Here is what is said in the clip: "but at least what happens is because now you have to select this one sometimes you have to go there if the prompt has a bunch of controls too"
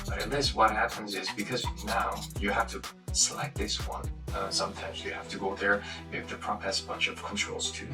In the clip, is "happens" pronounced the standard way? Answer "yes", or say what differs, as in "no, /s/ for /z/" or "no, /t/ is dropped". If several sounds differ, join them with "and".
yes